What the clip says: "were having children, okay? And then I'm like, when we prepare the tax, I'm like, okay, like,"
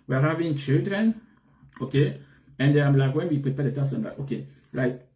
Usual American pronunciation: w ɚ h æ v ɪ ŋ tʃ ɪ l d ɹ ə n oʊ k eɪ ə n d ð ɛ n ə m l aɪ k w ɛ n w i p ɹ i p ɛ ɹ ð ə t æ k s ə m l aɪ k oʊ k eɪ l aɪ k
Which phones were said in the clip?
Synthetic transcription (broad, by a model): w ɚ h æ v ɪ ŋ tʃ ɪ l d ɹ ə n oʊ k eɪ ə n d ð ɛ ə m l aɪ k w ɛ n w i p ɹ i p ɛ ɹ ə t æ s ə m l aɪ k oʊ k eɪ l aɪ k